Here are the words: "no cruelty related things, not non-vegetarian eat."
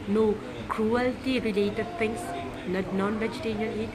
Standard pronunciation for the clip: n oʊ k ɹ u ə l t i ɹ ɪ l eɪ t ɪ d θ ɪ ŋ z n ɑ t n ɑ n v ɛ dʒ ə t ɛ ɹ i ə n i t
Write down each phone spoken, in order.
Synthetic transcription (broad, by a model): n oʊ k ɹ u ə l t i ɹ ɪ l eɪ t ɪ d t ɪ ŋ s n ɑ n ɑ n v ɛ dʒ ə t ɛ ɹ i ə n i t